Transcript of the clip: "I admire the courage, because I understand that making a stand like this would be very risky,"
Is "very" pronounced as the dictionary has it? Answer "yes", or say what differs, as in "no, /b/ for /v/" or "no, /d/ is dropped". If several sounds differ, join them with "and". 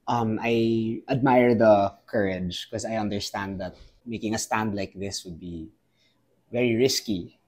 yes